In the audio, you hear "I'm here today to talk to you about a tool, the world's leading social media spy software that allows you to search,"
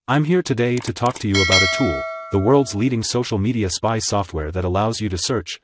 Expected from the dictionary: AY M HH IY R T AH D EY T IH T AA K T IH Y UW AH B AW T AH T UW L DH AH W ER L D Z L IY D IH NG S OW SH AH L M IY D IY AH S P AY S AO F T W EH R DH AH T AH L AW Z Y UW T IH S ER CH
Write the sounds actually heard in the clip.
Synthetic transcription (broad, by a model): AY M HH IY R T AH D EY T IH T AA K T IH Y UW AH B AW T AH T UW L DH AH W ER L D Z L IY D IH NG S OW SH L M IY D IY AH S P AY S AO F T W EH R DH AH T AH L AW Z Y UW T IH S ER CH